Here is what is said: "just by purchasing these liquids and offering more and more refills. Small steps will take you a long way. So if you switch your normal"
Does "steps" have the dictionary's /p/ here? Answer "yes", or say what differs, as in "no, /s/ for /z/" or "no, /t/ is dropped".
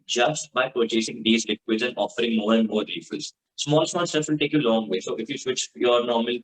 no, /p/ is dropped